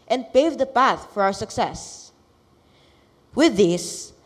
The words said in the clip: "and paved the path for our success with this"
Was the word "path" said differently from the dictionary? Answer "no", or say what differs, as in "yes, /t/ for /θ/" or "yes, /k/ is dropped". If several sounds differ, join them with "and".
no